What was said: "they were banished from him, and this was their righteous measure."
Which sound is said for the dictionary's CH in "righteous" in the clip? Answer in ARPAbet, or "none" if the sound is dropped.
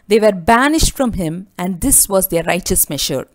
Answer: CH